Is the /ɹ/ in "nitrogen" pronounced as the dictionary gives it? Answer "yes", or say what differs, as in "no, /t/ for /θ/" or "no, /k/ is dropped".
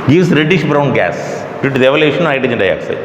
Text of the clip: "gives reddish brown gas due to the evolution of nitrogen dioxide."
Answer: no, /ɹ/ is dropped